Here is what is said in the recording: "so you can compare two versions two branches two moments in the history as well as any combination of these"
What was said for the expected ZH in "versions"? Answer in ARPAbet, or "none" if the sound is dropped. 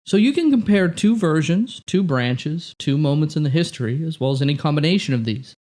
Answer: ZH